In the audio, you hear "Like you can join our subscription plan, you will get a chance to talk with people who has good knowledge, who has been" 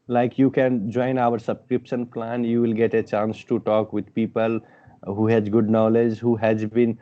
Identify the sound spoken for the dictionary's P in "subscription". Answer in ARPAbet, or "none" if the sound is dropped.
P